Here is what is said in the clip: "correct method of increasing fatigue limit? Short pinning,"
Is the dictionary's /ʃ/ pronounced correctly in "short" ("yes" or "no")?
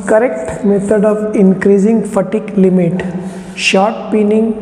yes